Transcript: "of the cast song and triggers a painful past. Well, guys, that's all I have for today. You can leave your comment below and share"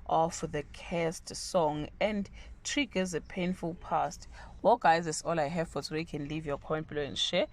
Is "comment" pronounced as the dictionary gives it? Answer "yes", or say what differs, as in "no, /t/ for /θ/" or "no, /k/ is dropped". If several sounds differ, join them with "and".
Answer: no, /m/ is dropped